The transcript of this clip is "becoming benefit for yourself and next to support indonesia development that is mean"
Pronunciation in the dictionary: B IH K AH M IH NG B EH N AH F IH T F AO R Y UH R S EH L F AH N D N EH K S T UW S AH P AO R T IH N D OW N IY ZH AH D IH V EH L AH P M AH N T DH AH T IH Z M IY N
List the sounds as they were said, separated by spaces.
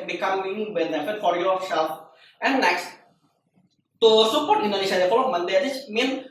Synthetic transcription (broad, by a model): B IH K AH M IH NG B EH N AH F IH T F AO R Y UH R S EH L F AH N N EH K S T UW S AH P AO R T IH N D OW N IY SH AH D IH F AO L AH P M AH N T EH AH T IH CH M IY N